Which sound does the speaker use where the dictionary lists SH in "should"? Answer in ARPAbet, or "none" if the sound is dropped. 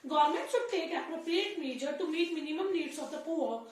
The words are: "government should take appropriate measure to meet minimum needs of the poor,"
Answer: S